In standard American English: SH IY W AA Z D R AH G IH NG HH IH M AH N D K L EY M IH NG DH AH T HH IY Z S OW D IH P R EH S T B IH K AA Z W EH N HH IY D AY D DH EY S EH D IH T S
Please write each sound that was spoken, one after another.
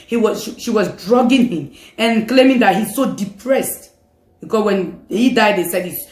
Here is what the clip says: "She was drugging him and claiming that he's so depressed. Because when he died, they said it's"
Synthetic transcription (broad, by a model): SH IY W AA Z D R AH G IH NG HH IH M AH N K L EY M IH NG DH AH T HH IY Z S OW D IH P R EH S T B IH K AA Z W EH N HH IY D AY D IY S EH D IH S